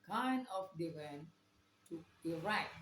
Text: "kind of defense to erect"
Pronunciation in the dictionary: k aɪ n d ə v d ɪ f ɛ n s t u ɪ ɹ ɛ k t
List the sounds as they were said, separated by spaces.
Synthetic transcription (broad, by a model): k aɪ n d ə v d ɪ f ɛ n t u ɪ ɹ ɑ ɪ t